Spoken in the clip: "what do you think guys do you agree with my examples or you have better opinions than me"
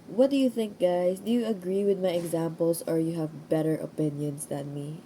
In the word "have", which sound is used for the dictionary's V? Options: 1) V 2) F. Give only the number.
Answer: 1